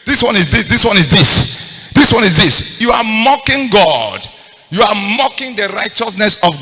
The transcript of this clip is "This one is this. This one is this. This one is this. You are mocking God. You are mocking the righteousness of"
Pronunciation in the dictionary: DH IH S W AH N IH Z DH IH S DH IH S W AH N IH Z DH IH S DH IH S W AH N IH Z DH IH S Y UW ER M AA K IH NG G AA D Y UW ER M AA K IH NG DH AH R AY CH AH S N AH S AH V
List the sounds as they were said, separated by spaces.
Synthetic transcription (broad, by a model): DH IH S W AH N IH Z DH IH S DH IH S W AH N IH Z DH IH S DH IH S W AH N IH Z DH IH S Y UW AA M AA K IH NG G AA D Y UW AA M AA K IH NG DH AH R AY CH AH S N AH S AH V